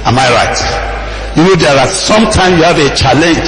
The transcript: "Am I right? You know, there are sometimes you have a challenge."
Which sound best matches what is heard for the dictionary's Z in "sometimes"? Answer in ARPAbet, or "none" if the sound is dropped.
none